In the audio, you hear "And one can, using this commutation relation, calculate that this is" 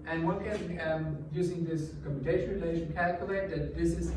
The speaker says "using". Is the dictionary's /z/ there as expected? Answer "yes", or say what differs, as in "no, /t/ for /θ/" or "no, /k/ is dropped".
yes